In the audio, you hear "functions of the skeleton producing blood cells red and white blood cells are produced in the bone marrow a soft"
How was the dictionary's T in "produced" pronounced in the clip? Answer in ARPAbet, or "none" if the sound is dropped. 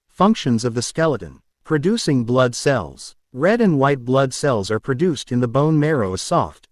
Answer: T